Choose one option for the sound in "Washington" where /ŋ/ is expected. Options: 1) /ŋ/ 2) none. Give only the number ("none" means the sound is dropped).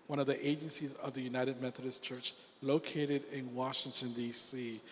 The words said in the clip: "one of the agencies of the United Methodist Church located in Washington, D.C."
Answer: 1